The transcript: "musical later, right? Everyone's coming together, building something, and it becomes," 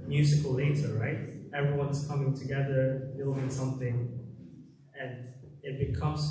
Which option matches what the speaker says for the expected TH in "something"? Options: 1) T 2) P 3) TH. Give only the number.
3